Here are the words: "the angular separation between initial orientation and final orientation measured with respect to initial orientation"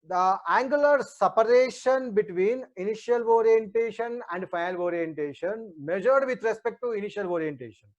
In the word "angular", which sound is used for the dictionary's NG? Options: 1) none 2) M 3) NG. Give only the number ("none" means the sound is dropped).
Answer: 3